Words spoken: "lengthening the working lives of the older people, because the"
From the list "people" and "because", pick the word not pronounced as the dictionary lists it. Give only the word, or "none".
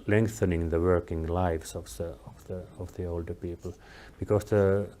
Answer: because